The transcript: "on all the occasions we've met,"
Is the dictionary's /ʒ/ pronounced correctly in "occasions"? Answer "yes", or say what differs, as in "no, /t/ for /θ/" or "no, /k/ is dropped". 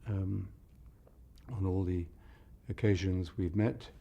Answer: yes